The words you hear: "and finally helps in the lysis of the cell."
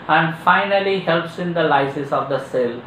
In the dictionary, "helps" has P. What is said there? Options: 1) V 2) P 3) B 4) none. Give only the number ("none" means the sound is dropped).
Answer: 2